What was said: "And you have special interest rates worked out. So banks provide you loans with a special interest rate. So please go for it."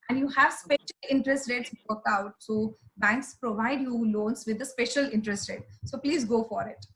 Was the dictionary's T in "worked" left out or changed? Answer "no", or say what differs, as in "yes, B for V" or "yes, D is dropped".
yes, T is dropped